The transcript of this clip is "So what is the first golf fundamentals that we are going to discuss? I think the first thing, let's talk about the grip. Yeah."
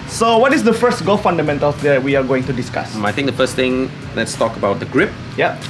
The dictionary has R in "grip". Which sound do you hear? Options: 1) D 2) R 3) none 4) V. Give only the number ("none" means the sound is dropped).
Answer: 2